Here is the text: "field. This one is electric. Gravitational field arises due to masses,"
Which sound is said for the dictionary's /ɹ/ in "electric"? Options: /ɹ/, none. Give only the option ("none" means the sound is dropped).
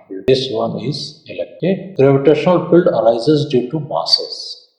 none